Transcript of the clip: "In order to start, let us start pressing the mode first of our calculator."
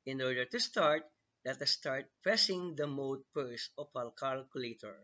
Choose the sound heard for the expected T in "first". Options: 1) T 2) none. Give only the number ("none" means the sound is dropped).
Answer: 2